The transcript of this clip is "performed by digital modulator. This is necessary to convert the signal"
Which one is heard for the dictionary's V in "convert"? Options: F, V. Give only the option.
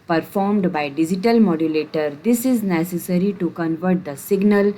V